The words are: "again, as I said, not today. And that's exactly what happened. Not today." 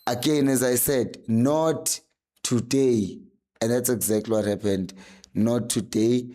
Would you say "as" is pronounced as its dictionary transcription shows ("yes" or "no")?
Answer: yes